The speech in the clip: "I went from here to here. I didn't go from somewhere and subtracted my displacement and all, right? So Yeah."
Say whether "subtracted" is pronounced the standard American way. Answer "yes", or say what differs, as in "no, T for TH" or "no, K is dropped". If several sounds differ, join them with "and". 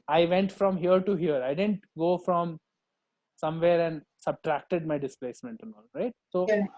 yes